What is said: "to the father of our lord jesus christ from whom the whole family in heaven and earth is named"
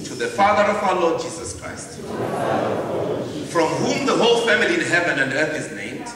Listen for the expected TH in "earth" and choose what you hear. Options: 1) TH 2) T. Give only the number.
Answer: 1